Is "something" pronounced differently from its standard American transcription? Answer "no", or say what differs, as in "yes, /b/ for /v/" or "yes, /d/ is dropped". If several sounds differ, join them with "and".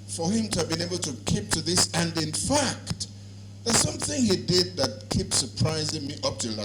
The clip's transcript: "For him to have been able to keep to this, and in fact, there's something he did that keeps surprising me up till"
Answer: no